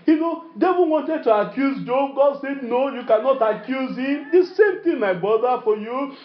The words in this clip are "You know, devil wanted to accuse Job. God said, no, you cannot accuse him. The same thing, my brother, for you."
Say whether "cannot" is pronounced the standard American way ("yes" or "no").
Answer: yes